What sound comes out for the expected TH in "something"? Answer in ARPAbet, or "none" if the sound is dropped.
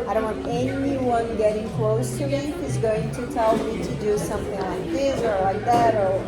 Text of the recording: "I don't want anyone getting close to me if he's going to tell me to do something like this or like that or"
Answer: TH